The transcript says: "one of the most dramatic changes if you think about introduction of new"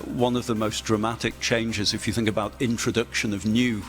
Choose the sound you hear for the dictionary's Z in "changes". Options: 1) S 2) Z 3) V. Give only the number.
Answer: 2